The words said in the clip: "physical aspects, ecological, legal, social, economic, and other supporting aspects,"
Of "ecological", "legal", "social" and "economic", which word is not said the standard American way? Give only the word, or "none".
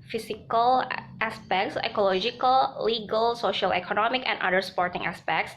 none